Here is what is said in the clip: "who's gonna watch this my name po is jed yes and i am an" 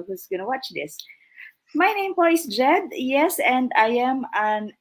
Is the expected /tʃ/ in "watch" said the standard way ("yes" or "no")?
yes